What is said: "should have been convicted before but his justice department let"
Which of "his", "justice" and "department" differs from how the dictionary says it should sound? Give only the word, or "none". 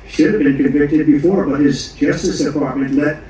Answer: none